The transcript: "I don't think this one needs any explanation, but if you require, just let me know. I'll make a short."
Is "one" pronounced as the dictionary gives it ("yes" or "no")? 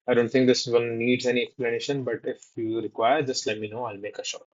no